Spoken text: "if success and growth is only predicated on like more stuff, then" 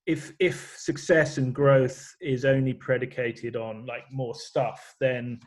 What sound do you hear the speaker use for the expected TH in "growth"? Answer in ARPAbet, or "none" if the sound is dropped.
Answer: TH